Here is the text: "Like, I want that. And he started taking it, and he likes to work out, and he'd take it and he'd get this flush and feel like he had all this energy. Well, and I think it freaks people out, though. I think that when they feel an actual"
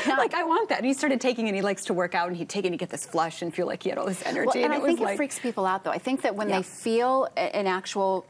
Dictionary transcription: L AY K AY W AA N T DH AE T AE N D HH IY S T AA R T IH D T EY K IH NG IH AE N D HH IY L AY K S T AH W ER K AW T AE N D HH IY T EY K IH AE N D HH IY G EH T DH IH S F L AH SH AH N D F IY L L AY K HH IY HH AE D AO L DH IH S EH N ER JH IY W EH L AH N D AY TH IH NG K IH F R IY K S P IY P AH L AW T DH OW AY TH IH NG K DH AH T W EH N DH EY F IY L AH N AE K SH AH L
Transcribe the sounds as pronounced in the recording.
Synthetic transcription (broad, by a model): L AY K AY W AA N DH AE T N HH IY S T AA R T IH D T EY K IH NG IH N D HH IY L AY K S T AH W ER K AW T N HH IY T EY K IH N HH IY G EH T DH IH S F L AH SH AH N F IY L L AY K HH IY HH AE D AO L DH IH S EH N ER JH IY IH N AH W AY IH NG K IH F R IY K S P IY P L AW T DH OW AY TH IH NG K DH AH T W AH N DH EY F IY L AH N AE K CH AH L